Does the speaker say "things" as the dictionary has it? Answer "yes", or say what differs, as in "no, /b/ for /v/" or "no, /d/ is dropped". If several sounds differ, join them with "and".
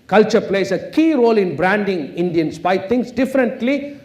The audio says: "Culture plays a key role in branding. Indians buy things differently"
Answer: no, /t/ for /θ/ and /s/ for /z/